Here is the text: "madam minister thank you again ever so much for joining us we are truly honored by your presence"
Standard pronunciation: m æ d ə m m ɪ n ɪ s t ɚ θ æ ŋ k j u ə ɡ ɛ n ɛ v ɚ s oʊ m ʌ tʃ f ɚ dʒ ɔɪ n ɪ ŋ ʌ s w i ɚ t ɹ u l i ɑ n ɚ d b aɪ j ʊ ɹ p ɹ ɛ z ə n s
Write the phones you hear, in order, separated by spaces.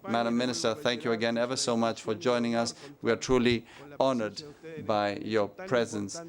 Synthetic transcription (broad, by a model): m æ d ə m m ɪ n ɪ s t ɚ θ æ ŋ k j u ə ɡ ɛ n ɛ v ɚ s oʊ m ʌ tʃ f ɚ dʒ ɔɪ n ɪ ŋ ʌ s w i ɚ t ɹ u l i ɑ n ɚ d b aɪ j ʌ ɹ p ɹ ɛ z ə n s